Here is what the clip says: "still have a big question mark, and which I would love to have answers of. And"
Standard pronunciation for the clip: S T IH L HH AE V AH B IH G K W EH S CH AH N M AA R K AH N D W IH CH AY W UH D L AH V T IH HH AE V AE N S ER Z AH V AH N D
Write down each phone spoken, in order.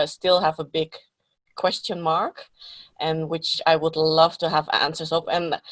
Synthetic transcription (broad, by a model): S T IH L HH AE V AH B IH G K W EH S CH AH N M AA R K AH N W IH CH AY W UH D L AH V T IH HH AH V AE N S ER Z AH P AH N